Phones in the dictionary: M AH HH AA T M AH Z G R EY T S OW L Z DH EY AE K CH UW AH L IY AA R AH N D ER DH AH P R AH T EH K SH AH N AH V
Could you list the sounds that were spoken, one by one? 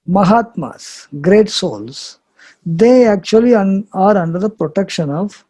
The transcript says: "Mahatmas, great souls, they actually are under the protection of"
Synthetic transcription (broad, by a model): M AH HH AA T M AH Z G R EY T S OW L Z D EY AE K CH UW AH L IY AA R AH N D ER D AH P R AH T EH K SH AH N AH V